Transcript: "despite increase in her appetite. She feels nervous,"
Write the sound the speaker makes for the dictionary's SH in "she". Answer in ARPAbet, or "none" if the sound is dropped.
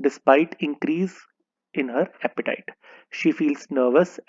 SH